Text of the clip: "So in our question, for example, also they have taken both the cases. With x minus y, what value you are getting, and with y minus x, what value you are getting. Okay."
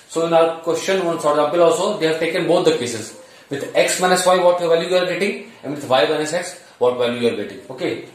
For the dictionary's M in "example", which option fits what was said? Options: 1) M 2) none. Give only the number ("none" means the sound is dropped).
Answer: 2